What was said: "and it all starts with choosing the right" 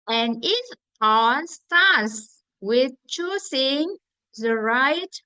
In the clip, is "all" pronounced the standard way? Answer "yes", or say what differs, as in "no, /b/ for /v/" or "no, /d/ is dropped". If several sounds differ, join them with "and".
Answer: no, /n/ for /l/